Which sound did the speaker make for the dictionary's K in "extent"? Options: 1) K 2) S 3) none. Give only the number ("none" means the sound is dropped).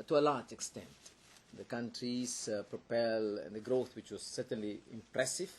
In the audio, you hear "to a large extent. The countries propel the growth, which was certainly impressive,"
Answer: 1